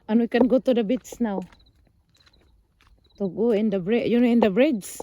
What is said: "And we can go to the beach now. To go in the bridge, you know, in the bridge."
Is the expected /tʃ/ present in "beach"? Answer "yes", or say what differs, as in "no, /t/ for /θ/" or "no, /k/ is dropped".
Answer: no, /s/ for /tʃ/